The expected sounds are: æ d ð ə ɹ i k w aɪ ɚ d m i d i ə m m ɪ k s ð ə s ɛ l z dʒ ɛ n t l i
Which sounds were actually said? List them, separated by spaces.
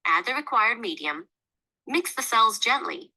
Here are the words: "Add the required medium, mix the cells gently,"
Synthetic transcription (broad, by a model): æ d ð ə ɹ i k w aɪ ɚ d m i d i ə m m ɪ k s ð ə s ɛ l z dʒ ɛ n t l i